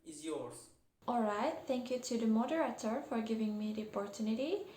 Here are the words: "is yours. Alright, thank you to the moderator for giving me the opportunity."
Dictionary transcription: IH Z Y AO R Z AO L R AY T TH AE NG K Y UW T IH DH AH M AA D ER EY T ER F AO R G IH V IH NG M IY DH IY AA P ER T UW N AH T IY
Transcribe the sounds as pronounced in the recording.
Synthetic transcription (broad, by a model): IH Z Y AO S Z AO L R AY T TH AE NG K Y UW T IH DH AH M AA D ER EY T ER F AO R G IH V IH NG M IY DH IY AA P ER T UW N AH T IY